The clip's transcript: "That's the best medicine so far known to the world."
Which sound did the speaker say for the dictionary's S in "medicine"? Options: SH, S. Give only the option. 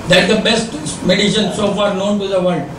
SH